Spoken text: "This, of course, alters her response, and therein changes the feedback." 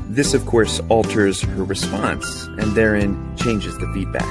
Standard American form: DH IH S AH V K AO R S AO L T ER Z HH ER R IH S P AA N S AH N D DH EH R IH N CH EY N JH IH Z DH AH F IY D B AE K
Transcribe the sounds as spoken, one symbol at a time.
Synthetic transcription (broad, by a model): DH IH S AH V K AO R S AO L T ER Z HH ER R IH S P AA N S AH N DH EH R IH N CH EY N JH IH Z DH AH F IY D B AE K